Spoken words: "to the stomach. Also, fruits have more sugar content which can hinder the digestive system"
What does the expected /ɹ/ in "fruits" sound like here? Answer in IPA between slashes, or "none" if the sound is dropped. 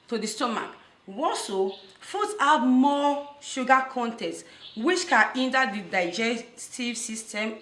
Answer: none